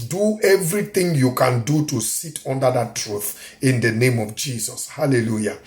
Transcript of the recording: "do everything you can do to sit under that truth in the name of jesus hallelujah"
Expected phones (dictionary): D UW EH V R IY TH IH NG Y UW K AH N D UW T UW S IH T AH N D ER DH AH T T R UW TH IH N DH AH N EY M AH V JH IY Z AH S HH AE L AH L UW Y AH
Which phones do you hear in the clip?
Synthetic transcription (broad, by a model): D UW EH V R IY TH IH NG Y UW K AH N D UW T UW S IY T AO N D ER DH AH T T R UW TH IH N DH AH N EY M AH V JH IY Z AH S HH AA L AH L UW Y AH